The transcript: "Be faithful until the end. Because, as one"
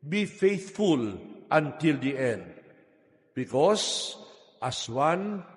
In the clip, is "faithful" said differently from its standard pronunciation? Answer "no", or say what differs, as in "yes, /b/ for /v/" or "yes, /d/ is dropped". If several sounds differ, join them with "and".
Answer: no